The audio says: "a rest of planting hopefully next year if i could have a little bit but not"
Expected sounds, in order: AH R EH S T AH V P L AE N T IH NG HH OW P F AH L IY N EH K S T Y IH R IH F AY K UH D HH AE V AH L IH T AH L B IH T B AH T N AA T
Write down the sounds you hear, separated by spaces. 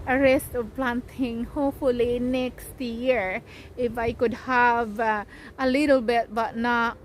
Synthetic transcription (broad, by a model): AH R EH S T AH V P L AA N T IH NG HH OW P F AH L IY N EH K S T Y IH R IH F AY K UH D HH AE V AH L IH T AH L B IH T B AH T N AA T